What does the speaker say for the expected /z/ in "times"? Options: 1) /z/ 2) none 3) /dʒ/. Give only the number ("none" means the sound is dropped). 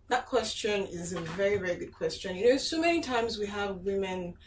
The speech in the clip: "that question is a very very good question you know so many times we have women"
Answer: 1